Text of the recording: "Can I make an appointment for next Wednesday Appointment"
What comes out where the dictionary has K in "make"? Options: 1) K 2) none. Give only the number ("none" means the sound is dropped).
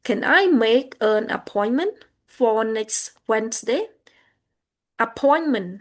1